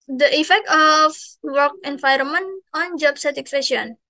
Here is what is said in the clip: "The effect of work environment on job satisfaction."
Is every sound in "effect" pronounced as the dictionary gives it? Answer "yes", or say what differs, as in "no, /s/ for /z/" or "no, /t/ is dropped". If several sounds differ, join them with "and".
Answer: yes